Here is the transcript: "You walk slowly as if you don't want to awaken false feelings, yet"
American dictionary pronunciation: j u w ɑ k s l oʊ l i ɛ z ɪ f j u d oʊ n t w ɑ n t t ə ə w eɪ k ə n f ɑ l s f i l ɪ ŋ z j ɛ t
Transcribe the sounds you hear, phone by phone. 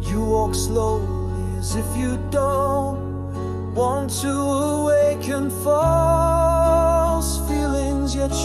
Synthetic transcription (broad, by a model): j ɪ w ɑ k s l oʊ l i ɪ z ɪ f j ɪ d oʊ n t w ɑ n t t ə ə w eɪ k ə n f ɑ l s f i l ɪ ŋ z j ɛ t